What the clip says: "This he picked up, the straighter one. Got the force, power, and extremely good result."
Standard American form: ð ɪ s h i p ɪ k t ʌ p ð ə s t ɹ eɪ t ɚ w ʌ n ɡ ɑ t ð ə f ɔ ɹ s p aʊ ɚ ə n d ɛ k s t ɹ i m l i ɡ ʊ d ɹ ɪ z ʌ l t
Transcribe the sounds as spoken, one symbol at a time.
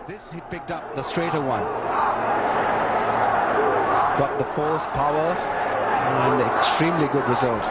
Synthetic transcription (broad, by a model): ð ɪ s h i p ɪ k t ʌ p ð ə s t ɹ eɪ t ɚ w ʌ n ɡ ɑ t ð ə f ɔ l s p aʊ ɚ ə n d ɛ k s t ɹ i m l i ɡ ʊ d ɹ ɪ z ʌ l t